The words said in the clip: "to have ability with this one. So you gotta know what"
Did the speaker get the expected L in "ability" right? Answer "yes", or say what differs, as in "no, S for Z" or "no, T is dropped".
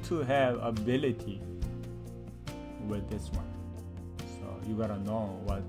yes